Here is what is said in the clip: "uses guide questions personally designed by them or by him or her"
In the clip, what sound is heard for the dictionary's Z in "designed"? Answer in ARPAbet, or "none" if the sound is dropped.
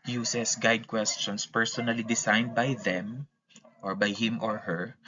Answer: S